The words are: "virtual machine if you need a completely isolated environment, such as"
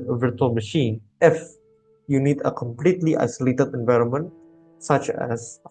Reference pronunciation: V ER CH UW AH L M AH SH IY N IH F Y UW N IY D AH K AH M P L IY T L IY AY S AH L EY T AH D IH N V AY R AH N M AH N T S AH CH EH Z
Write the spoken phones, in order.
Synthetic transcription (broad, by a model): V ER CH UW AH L M AH SH IY N IH F Y UW N IY D AH K AH M P L IY T L IY AY S AH L EY T AH D IH N V AY R AH N M AH N T S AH CH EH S